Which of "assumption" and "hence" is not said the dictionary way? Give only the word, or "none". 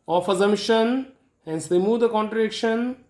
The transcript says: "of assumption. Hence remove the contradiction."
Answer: assumption